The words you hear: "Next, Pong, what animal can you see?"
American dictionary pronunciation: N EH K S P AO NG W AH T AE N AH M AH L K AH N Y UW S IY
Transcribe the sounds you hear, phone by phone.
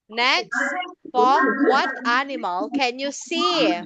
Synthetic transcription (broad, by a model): N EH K S F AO W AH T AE N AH M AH L K AH N Y UW S IY